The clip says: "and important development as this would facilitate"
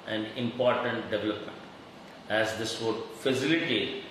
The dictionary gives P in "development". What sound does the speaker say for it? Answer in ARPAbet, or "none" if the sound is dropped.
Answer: P